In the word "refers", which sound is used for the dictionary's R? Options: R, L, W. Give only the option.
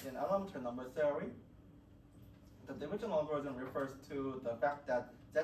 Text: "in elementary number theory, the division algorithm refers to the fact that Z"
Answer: R